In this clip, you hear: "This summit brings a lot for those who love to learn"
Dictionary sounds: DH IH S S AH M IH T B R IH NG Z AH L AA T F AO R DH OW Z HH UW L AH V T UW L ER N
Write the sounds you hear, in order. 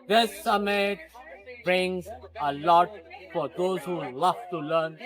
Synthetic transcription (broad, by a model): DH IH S S AH M IH T B R IH NG Z AH L AA T F AO R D OW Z HH UW L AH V T UW L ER N